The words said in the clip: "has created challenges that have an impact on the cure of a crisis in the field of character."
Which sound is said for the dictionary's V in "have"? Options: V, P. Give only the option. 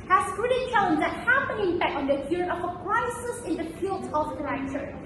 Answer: P